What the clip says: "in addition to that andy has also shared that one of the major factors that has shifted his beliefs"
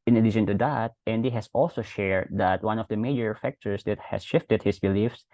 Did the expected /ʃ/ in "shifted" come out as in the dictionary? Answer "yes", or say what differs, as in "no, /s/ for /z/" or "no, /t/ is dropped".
yes